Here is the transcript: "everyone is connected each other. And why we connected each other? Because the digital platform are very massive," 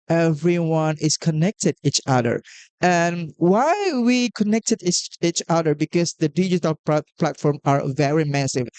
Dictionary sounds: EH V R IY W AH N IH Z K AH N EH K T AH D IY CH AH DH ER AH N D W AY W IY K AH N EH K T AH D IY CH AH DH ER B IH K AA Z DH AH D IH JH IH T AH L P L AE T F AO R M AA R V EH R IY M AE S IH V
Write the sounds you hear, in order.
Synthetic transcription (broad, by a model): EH V R IY W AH N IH S K AH N EH K T AH D IY CH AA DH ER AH N W AY W IY K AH N EH K T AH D IY CH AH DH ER B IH K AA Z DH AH D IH JH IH T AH L P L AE T F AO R M AA R V EH R IY M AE S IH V